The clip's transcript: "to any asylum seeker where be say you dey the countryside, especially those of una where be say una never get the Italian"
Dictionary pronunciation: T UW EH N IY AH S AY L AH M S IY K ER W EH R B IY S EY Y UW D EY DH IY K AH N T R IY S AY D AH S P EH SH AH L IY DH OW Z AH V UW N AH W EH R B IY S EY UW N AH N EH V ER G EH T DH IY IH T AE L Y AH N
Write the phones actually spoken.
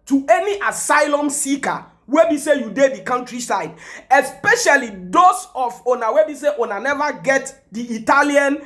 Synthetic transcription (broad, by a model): T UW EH N IY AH S AY L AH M S IY K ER W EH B IY S EY Y UW D EY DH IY K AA N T R IY S AY D AH S P EH SH AH L IY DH OW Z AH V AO N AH W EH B IY S EY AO N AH N EH V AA G EH T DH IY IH T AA L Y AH N